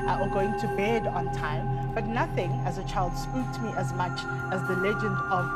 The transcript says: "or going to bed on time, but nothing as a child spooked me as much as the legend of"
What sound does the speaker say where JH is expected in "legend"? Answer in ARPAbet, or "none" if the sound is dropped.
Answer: JH